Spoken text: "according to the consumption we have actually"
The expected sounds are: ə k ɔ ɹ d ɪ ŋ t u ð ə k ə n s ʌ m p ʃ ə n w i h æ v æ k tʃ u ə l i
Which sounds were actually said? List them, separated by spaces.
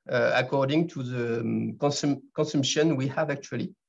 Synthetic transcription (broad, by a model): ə k ɔ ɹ d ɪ ŋ t u ð ə k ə n s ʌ m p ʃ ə n w i h æ v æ k tʃ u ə l i